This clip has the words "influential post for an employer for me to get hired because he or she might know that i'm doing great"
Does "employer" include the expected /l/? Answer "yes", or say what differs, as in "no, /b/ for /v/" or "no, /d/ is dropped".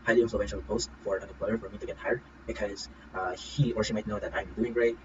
no, /l/ is dropped